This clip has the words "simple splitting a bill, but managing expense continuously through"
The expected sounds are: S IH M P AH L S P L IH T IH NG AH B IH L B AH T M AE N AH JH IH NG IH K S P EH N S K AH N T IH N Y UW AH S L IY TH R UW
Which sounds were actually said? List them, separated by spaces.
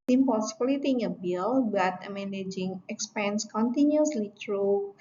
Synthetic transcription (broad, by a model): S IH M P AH S B L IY T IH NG AH B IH L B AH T M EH N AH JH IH NG IH K S P EH N S K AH N T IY N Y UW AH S L IY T R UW